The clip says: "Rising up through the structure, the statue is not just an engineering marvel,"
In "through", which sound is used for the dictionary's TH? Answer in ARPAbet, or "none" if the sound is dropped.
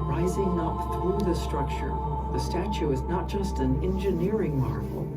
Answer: TH